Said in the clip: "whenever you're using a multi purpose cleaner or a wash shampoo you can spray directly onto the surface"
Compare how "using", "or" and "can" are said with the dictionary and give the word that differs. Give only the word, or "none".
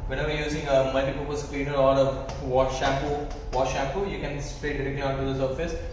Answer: or